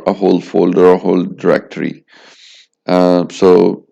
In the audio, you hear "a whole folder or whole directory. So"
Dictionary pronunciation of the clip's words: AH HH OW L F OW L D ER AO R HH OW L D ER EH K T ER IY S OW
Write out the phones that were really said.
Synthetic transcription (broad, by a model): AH HH OW L F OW L D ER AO R HH OW L D ER EH K T ER IY S OW